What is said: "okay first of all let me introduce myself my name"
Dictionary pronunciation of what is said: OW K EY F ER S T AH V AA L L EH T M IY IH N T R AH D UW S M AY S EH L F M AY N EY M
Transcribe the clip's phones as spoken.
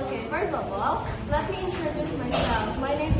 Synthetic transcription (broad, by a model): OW K EY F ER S AH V AA L L EH T M IY IH N T R AH D UW S M AY S EH L F M AY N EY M